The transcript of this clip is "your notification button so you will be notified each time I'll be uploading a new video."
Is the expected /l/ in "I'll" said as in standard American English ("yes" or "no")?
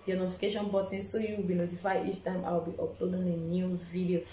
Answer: no